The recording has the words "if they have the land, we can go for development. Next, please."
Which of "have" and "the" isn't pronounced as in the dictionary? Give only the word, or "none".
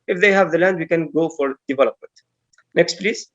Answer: none